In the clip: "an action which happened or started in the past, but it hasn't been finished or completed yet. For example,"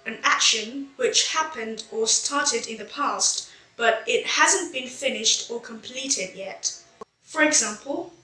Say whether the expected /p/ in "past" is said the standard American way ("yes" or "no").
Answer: yes